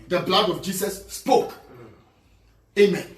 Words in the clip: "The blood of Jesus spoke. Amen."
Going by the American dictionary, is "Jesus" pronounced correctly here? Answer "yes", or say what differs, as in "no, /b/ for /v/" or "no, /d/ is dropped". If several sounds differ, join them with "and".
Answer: no, /s/ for /z/